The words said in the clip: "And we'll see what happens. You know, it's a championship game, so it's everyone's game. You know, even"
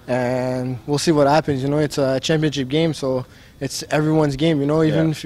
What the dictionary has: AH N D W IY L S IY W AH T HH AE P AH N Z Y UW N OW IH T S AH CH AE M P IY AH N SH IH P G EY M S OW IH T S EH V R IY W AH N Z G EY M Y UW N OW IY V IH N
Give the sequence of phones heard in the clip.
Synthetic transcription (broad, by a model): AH N W IY L S IY W AH T HH AE P AH N Z Y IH N OW IH T S AH CH AE M P IY AH N SH IH P G EY M S OW IH T S EH V R IY W AH N Z G EY M Y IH N OW IY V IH N